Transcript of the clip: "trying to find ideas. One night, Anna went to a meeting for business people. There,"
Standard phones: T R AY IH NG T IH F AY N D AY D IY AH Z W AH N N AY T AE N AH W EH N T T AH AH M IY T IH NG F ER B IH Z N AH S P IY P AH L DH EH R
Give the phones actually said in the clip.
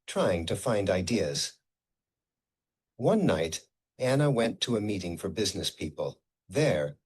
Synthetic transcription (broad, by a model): T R AY IH NG T IH F AY N D AY D IY AH Z W AH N N AY T AE N AH W EH N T T AH AH M IY T IH NG F ER B IH Z N AH S P IY P AH L DH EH R